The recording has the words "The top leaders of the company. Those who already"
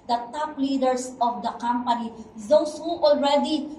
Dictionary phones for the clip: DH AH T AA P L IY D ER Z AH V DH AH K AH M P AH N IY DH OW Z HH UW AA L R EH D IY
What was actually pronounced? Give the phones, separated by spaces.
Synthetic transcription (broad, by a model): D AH T AA P L IY D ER S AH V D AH K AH M P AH N IY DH OW S HH UW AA L R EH D IY